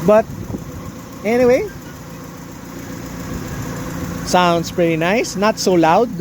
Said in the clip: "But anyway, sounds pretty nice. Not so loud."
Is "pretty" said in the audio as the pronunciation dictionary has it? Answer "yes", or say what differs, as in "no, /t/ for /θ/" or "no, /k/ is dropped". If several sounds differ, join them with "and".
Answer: yes